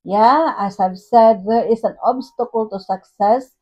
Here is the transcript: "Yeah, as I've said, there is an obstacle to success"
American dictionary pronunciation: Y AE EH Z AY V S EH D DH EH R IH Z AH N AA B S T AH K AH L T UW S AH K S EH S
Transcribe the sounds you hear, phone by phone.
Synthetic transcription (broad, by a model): Y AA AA S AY B S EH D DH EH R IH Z AH N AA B S T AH K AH L T UW S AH K S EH S